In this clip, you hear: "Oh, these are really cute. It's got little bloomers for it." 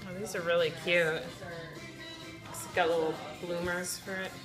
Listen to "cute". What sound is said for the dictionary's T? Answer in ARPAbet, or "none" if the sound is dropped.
T